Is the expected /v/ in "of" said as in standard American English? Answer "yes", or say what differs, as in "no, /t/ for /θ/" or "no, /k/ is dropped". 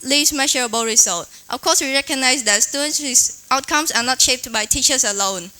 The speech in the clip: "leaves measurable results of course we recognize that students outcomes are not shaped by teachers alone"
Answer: no, /f/ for /v/